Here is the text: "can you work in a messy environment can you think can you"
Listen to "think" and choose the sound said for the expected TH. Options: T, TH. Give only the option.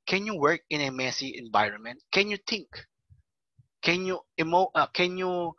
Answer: T